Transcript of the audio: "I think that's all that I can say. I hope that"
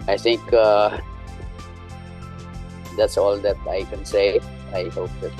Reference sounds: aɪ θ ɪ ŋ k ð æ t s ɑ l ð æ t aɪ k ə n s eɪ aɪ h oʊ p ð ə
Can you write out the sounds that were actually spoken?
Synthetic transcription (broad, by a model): aɪ t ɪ ŋ k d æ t s ɑ l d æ t aɪ k ə n s eɪ aɪ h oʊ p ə